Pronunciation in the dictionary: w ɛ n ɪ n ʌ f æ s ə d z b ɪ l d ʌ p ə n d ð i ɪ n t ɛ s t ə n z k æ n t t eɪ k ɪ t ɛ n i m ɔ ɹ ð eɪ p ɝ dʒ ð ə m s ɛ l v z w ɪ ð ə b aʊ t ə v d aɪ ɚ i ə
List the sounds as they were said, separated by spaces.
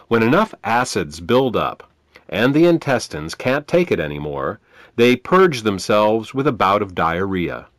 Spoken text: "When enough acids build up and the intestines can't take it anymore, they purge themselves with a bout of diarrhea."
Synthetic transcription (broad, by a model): w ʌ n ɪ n ʌ f æ s ə d z b ɪ l d ʌ p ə n ð i ɪ n t ɛ s t ə n z k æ n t t eɪ k ɪ t ɛ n i m ɔ ɹ ð eɪ p ɝ dʒ ð ə m s ɛ l v z w ɪ ð ə b aʊ t ə v d aɪ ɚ i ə